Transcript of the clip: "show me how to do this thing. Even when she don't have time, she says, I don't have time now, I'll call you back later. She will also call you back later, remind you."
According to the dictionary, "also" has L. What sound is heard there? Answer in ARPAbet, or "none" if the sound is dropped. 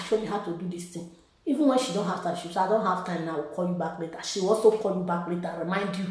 none